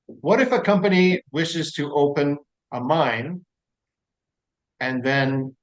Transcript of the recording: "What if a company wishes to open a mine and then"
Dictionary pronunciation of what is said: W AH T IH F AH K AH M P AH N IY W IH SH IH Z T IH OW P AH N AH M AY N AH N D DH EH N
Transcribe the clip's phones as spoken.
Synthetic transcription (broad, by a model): W AH T IH F AH K AH M P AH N IY W IH SH IH Z T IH OW P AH N AH M AY N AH N DH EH N